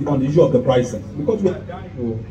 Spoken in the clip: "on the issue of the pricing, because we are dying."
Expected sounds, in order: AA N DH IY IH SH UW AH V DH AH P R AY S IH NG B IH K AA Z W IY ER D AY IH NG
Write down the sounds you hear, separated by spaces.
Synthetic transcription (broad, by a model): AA N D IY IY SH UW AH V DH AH P R AY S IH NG B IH K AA S W IY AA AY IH